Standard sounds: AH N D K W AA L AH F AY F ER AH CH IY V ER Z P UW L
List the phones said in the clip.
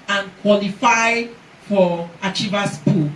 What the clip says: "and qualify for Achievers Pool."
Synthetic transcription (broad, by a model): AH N K W AA L AH F AY F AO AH CH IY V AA S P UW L